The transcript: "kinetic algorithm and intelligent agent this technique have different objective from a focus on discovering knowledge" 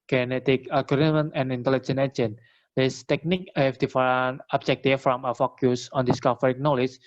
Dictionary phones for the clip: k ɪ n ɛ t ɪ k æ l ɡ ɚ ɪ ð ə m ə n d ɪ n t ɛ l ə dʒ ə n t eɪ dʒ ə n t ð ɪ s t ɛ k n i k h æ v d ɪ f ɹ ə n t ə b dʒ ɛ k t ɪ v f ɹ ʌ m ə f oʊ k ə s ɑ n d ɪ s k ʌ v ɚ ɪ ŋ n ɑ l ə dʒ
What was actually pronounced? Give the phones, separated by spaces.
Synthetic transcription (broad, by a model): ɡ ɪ n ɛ t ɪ k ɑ ɡ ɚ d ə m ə n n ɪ n t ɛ l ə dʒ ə n eɪ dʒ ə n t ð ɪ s t ɛ k n i k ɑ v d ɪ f ə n ə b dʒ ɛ k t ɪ f ɹ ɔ m ə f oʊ k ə s ɑ n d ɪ s k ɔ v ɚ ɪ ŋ n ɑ l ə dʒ